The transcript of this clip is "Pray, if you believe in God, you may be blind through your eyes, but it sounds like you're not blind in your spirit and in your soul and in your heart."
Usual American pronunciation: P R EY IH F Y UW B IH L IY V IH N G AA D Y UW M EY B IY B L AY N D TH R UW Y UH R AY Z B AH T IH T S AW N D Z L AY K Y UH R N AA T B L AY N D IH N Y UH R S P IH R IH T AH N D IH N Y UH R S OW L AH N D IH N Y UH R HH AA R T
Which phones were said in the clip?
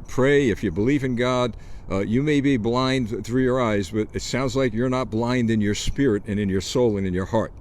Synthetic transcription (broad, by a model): P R EY IH F Y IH B IH L IY V IH N G AA D Y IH M EY B IY B L AY N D TH R UW Y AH R AY Z B AH T IH T S AW N D Z L AY K Y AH R N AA T B L AY N D IH N Y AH R S P IH R IH T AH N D IH N Y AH R S OW L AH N IH N Y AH R HH AA R T